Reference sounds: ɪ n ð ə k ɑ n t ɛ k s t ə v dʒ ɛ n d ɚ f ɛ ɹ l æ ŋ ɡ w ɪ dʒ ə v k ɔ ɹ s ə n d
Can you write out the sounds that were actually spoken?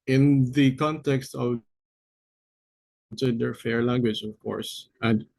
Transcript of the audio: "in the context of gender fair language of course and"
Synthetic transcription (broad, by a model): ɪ n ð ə k ɑ n t ɛ k s t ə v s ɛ d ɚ f ɛ ɹ l æ ŋ ɡ w ɪ dʒ ə v k ɔ ɹ s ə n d